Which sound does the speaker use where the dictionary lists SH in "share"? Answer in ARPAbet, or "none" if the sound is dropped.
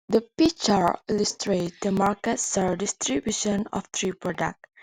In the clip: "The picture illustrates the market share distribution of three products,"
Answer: S